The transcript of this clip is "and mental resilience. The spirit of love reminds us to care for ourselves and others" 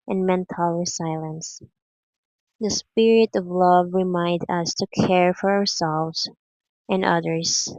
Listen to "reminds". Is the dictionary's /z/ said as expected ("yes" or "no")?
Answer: no